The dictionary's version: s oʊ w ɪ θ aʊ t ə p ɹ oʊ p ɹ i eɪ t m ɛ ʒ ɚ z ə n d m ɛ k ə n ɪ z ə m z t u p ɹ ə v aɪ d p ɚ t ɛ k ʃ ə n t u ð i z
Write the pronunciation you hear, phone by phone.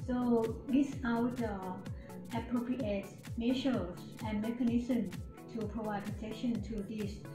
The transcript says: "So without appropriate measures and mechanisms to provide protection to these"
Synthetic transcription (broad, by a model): s oʊ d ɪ s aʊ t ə p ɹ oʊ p ɹ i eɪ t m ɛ ʃ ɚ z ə n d m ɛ k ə n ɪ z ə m t u p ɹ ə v aɪ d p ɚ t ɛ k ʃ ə n t u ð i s